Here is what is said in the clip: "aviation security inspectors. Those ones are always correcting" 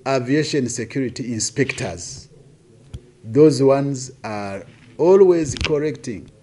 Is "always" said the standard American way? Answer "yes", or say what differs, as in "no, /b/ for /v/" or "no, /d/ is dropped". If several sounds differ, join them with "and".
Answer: yes